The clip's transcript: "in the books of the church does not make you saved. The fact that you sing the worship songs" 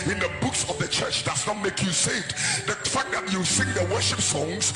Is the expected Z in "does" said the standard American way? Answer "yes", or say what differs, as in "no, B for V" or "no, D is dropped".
no, S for Z